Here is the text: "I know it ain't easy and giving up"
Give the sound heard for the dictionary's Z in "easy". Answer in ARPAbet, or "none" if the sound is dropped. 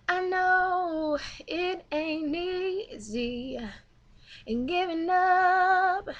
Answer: Z